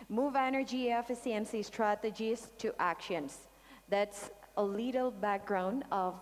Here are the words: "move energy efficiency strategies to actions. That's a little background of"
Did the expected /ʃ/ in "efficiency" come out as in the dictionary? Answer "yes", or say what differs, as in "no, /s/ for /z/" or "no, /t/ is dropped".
no, /s/ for /ʃ/